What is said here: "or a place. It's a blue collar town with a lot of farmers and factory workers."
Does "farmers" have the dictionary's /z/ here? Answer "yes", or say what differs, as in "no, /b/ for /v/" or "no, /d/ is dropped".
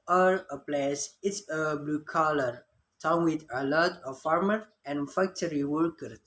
no, /z/ is dropped